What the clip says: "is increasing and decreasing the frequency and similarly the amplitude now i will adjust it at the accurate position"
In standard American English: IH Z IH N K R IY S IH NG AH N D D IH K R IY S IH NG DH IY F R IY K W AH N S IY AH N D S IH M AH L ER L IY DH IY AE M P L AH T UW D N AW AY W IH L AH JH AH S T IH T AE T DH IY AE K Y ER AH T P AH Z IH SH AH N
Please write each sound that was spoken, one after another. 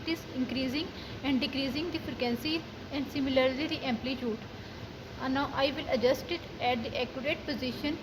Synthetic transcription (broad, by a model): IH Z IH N K R IY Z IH NG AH N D D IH K R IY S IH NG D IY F R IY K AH N S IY AH N D S IH M AH L ER L IY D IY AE M P L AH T UW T N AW AY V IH L AH JH AH S T IH T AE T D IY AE K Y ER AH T P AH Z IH SH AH N